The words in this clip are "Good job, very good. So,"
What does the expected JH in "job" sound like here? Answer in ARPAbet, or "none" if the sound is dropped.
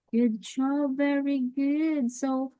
CH